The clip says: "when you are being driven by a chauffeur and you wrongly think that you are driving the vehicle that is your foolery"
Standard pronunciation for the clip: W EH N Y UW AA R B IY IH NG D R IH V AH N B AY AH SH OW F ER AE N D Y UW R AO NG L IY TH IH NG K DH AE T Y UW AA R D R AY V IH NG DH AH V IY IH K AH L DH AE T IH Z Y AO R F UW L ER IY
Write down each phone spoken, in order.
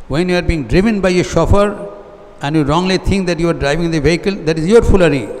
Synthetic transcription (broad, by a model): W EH N Y UW AA R B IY NG D R IH V AH N B AY AH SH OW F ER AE N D Y UW R AO NG L IY T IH NG K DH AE T Y UW AA R D R AY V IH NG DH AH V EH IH K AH L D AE T IH Z Y AO R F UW L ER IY